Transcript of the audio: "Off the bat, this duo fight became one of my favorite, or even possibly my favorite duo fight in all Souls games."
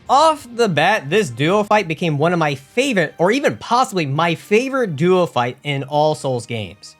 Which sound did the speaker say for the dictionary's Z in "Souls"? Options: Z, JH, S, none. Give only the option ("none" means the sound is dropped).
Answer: Z